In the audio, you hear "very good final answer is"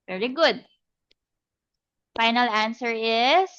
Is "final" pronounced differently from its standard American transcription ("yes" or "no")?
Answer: no